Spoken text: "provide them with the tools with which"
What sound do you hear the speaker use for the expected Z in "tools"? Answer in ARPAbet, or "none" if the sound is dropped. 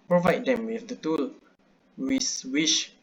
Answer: none